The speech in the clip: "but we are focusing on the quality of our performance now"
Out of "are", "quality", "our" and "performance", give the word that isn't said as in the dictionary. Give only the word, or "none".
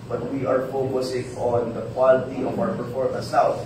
performance